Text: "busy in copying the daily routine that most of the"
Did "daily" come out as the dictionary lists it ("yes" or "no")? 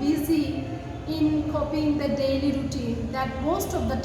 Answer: yes